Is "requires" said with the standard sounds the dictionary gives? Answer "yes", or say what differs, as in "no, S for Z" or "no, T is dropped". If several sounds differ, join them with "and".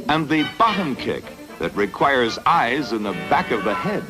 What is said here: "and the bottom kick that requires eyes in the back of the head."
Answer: yes